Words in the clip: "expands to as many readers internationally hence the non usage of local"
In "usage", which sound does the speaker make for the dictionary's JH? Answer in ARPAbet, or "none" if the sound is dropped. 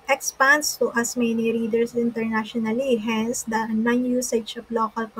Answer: SH